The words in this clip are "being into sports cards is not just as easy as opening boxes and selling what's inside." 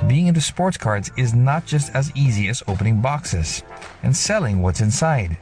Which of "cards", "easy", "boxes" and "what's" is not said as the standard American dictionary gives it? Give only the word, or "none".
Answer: none